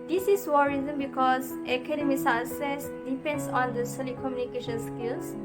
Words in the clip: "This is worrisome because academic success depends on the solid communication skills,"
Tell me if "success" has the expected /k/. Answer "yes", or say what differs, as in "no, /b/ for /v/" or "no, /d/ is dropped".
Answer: no, /k/ is dropped